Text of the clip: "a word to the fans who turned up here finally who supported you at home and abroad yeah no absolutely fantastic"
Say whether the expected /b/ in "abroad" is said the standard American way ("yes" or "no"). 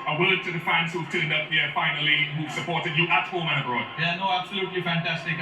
no